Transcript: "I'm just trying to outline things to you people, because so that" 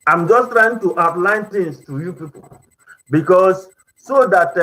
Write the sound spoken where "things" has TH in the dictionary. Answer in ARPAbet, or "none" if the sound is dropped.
T